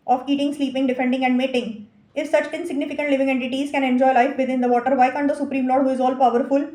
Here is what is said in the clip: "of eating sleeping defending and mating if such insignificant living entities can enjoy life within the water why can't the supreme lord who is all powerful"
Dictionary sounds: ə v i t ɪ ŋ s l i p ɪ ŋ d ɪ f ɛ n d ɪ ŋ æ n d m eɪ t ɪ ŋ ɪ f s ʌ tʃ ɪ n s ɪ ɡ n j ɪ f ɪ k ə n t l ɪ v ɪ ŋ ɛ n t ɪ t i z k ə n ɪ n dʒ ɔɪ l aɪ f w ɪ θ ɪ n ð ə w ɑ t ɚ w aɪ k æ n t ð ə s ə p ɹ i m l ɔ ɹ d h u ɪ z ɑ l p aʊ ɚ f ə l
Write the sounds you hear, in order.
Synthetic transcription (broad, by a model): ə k i t ɪ ŋ s l i p ɪ ŋ d ɪ f ɛ n d ɪ ŋ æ n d m eɪ t ɪ ŋ ɪ f s ʌ tʃ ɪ n s ɪ ɡ n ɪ f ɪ k ə n t l ɪ v ɪ ŋ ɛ n t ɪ t i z k ə n ɪ n dʒ ɔɪ l aɪ f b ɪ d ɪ n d ə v ɑ t ɚ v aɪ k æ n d ə s ə p ɹ i m l ɔ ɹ d h u ɪ z ɑ l p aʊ ɚ f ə l